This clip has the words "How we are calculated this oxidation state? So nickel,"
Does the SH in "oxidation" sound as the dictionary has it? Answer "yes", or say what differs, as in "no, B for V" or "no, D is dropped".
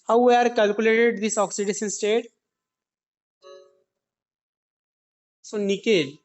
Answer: no, S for SH